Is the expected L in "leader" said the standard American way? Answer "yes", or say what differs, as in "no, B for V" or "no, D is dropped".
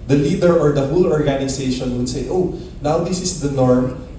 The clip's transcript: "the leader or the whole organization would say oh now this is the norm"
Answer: yes